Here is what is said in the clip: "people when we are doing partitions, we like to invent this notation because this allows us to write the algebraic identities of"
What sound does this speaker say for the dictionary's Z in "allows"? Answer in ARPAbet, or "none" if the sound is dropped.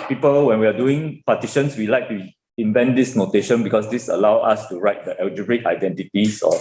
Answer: none